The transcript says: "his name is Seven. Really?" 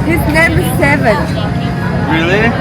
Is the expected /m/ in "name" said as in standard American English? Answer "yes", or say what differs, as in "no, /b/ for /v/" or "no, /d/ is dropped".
yes